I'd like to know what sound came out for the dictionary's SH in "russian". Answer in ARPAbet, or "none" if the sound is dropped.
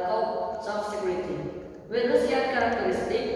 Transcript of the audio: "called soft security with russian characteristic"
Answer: S